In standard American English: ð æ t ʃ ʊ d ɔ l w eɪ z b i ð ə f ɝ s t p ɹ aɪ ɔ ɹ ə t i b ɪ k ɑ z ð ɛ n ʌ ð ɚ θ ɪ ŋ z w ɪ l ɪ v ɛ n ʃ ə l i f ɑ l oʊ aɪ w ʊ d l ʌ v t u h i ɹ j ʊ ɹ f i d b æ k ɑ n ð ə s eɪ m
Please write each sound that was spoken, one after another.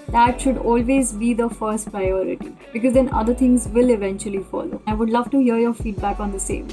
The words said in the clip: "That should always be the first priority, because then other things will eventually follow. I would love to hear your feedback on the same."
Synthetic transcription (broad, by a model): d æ t ʃ ʊ d ɔ l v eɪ z b i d ə f ɝ s t p ɹ aɪ ɔ ɹ ə t i b ɪ k ɑ z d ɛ n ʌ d ɚ t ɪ ŋ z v ɪ l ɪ v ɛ n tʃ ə l i f ɑ l oʊ aɪ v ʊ d l ʌ v t u h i ɹ j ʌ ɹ f i d b æ k ɑ n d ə s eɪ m